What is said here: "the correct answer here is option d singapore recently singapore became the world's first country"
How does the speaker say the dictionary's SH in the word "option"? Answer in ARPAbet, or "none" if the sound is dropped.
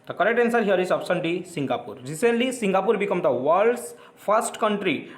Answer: S